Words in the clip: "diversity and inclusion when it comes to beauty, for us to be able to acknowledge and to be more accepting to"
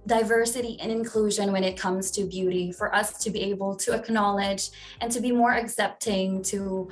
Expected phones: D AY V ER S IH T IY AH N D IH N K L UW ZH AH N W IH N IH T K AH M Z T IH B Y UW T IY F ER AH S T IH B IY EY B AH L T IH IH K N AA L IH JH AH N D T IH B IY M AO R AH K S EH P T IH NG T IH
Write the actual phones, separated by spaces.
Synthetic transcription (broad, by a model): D AY V ER S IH T IY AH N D IH N K L UW ZH AH N W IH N IH T K AH M Z T IH B Y UW T IY F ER AH S T IH B IY EY B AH L T IH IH K N AA L IH JH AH N T IH B IY M AO R AH K S EH P T IH NG T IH